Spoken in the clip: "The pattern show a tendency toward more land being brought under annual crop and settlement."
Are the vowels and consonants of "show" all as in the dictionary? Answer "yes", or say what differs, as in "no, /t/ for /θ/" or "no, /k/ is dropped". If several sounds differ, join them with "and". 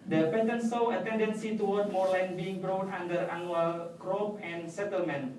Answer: no, /s/ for /ʃ/